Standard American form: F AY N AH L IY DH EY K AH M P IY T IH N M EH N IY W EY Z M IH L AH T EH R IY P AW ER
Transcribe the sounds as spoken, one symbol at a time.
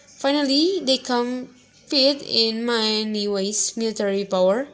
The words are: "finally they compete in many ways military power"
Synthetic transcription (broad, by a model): F AY N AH L IY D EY K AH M F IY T IH N M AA N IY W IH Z M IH L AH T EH R IY P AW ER